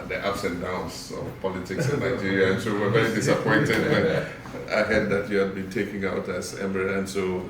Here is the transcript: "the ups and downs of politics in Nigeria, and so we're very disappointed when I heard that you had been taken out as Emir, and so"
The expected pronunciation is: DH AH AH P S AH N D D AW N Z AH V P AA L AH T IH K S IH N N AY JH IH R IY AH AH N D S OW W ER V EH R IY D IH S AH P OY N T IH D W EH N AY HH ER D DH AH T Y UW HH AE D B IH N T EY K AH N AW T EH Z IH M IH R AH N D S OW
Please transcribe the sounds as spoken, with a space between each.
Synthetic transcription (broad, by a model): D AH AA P S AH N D D AW N S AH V P AA L AH T IH K S IH N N AY JH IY R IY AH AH N S OW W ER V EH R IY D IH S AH P OY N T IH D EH AY HH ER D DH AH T Y UW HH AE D B IH N T EY K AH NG AW T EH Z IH M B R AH N S OW